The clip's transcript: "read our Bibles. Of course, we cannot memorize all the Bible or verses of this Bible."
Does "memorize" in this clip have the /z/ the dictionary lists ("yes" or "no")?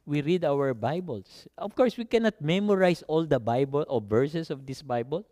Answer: no